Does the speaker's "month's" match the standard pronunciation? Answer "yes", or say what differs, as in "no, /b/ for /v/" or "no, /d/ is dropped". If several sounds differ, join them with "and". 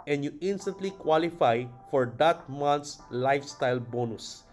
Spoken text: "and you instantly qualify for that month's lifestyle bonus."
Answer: no, /t/ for /θ/